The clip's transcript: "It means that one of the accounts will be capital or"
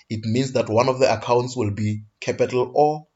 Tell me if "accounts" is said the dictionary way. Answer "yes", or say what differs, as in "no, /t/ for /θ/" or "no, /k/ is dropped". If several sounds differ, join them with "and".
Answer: yes